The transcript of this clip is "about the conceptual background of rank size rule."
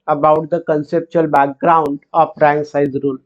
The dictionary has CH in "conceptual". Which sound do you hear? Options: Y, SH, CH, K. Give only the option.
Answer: CH